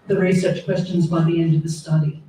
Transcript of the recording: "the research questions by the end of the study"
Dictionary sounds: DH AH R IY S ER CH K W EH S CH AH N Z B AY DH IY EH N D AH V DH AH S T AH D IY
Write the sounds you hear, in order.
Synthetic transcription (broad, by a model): DH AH R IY S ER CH K W EH S CH AH N Z B AY DH IY EH N D AH V DH AH S T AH D IY